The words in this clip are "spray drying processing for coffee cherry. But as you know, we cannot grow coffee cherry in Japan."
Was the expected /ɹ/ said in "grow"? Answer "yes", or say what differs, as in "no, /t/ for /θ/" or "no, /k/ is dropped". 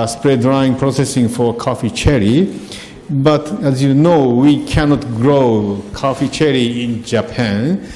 yes